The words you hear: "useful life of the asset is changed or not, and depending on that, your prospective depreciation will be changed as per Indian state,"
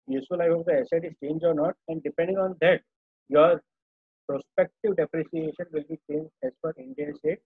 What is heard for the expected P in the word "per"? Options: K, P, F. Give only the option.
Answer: F